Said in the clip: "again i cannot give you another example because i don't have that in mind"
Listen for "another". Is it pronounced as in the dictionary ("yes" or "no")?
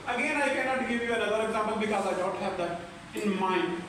no